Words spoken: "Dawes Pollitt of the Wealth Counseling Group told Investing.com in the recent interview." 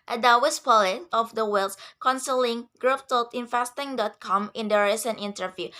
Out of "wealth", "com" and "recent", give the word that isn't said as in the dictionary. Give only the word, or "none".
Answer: wealth